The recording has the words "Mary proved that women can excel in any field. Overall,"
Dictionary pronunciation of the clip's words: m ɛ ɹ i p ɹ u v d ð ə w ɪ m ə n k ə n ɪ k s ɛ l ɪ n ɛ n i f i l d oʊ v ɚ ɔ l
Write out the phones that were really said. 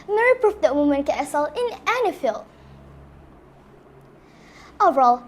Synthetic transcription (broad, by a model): m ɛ ɹ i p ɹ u f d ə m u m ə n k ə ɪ s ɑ l ɪ n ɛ n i f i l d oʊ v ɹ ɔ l